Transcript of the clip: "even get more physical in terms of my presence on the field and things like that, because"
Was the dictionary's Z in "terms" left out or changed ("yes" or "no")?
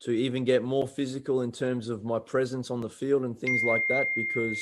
no